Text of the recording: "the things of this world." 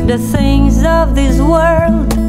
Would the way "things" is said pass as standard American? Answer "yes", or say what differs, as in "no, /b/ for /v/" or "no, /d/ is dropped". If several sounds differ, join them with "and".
yes